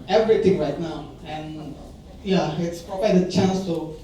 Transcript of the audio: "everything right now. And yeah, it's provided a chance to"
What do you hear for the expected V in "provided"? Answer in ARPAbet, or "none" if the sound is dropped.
P